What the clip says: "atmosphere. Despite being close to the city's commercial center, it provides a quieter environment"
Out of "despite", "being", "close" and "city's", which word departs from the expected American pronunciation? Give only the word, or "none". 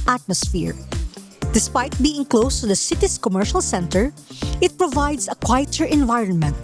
city's